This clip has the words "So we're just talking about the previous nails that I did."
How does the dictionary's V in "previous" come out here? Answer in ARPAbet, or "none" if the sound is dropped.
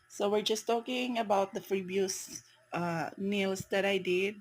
B